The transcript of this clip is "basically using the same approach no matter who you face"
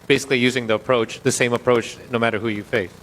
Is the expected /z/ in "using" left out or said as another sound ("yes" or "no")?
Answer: no